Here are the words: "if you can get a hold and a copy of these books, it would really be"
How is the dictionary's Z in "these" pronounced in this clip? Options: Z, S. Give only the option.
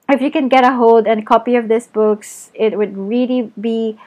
S